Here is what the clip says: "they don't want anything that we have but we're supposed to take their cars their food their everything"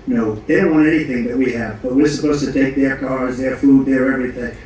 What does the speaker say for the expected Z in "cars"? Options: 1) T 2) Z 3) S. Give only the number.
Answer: 2